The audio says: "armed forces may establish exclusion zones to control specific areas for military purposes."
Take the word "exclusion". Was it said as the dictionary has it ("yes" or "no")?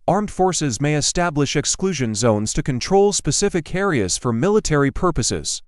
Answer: yes